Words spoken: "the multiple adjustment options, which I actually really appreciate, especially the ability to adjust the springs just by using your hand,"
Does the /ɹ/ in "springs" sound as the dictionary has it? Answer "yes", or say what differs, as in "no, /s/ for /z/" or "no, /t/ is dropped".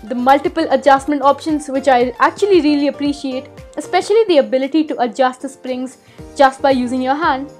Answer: yes